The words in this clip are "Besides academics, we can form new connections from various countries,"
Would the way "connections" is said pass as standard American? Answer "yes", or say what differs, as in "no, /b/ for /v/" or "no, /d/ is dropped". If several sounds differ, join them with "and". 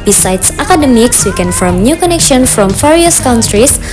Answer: no, /z/ is dropped